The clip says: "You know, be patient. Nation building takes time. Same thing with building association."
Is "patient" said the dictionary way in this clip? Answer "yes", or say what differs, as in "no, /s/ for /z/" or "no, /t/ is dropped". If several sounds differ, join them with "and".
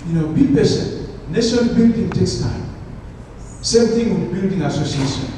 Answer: no, /s/ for /ʃ/